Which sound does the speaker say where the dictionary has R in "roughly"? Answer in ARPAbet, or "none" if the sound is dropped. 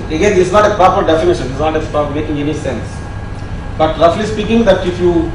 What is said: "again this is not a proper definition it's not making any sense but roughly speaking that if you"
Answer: L